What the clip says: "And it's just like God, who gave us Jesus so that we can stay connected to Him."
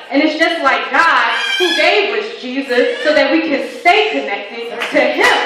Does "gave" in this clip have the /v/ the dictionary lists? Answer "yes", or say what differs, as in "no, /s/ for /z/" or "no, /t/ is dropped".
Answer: no, /w/ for /v/